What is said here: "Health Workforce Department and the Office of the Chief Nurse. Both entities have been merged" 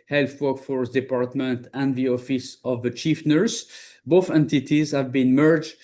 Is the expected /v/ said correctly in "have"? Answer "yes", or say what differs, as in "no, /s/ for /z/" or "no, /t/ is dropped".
yes